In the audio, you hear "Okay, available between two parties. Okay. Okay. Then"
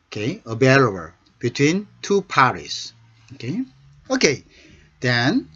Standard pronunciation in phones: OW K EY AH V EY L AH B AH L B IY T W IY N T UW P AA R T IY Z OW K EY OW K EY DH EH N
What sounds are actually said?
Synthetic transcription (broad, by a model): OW K EY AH B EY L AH AH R B IY T W IY N T UW P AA R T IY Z OW K EY OW K EY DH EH N